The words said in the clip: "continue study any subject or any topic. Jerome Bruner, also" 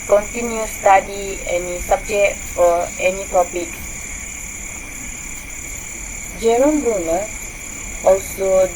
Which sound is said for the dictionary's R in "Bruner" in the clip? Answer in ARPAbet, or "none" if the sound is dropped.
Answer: none